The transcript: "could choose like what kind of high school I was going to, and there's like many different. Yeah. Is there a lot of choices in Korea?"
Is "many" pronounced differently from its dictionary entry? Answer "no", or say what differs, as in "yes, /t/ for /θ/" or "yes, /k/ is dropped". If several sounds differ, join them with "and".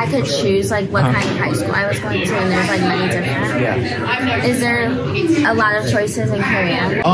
yes, /n/ is dropped